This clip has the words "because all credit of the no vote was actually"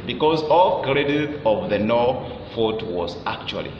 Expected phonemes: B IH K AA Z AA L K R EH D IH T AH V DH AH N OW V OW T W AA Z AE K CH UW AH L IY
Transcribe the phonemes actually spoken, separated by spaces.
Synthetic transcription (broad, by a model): B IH K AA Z AA L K R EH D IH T AH V DH AH N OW F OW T W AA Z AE K CH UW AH L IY